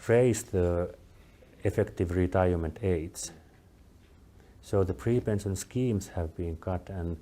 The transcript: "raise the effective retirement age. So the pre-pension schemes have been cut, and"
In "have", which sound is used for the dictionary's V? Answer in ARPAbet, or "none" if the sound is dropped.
V